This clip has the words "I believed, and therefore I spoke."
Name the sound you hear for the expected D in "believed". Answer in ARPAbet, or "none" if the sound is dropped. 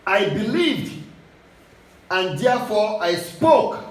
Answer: D